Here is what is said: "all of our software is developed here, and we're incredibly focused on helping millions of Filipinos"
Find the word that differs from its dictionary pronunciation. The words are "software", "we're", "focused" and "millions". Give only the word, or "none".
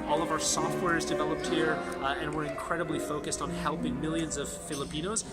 none